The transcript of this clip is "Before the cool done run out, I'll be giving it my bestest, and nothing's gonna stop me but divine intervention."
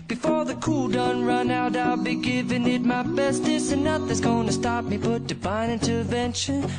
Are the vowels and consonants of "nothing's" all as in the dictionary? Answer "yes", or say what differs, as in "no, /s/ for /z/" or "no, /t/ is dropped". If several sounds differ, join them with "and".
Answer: no, /ŋ/ is dropped